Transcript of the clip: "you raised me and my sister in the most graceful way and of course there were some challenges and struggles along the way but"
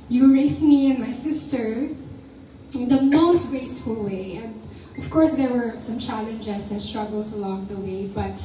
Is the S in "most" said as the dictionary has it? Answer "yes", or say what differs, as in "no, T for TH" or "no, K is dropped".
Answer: yes